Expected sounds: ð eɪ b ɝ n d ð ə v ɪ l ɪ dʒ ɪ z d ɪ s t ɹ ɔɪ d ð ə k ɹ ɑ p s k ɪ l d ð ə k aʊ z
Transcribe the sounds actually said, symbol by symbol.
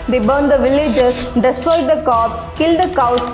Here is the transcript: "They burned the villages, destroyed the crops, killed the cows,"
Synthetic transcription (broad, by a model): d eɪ b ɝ n d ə v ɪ l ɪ dʒ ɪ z d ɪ s t ɹ ɔɪ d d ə k ɑ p s k ɪ l d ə k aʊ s